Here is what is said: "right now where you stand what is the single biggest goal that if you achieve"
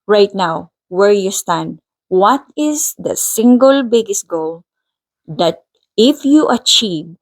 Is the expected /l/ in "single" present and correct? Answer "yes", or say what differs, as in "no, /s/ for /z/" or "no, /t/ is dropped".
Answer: yes